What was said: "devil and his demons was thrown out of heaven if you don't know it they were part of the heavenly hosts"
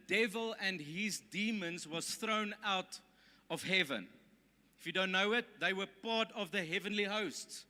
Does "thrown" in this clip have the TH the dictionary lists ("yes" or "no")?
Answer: yes